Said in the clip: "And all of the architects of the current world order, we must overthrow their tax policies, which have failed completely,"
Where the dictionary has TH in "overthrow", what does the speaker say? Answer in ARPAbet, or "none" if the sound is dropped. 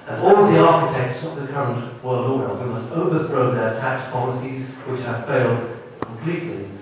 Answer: TH